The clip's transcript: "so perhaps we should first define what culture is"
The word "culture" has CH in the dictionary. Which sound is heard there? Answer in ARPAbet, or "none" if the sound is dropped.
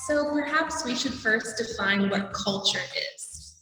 CH